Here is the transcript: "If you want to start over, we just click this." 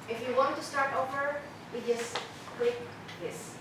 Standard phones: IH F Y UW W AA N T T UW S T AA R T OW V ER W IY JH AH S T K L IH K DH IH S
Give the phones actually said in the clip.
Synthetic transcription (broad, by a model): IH F Y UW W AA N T T UW S T AA R T OW V ER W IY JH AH S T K W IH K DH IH S